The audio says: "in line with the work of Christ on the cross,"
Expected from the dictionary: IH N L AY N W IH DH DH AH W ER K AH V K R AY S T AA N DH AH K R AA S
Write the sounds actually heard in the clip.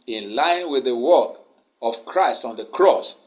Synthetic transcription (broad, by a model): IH N L AY N W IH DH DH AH W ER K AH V K R AY S T AA N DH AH K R AA S